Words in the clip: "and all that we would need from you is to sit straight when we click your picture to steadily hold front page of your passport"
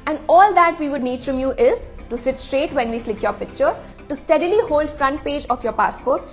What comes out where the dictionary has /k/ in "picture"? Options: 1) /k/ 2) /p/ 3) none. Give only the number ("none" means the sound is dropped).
1